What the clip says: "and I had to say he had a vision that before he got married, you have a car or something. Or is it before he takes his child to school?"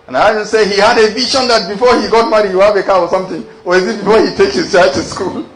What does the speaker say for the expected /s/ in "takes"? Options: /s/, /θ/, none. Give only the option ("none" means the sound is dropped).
none